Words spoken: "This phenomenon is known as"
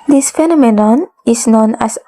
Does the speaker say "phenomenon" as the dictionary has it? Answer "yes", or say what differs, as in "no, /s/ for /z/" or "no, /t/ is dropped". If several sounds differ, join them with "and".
yes